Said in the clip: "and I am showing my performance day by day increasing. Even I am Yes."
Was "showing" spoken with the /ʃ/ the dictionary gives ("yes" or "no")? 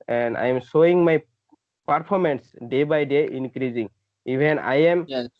no